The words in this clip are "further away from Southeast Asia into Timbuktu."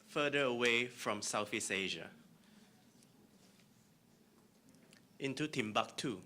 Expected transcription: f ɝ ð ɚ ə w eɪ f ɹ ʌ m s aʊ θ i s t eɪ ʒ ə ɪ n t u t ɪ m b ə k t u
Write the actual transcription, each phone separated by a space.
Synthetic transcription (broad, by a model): f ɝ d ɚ ə w eɪ f ɹ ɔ m s aʊ f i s eɪ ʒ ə ɪ n t u t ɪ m b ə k t u